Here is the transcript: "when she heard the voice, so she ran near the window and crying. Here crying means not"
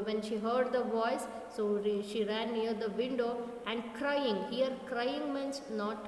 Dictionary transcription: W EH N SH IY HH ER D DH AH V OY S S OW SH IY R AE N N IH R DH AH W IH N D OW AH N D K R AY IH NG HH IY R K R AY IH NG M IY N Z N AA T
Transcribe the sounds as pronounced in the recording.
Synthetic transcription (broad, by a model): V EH N SH IY HH ER D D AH V OY S S OW SH IY R AE N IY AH R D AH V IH N D OW AH N D K R AY IH NG HH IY R K R AY IH NG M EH N S N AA T